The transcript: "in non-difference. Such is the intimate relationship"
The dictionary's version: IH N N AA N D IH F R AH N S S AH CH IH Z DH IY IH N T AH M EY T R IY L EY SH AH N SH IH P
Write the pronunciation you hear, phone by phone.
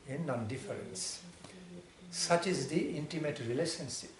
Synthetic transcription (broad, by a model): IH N N AA N D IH F R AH N S S AH CH IH Z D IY IH N T AH M EY T R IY L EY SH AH N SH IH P